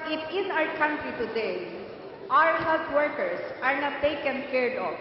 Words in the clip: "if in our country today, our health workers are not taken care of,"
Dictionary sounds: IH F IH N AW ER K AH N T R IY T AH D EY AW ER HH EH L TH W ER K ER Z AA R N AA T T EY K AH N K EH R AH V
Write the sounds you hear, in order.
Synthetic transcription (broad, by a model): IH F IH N AW ER K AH N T R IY T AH D EY AW ER HH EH L T W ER K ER S AA R N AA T T EY K AH N K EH R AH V